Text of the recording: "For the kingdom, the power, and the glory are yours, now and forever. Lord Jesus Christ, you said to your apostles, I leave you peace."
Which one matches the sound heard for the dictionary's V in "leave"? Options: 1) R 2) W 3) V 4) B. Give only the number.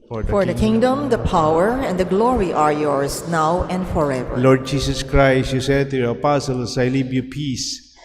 4